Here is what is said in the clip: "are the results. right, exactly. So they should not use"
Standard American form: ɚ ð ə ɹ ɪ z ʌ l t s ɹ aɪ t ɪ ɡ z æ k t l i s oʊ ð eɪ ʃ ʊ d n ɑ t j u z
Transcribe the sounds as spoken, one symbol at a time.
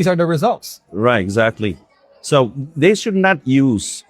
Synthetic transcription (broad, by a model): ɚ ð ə ɹ ɪ z ʌ l t s ɹ aɪ t ɪ ɡ z æ k t l i s oʊ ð eɪ ʃ ʊ d n ɑ t j u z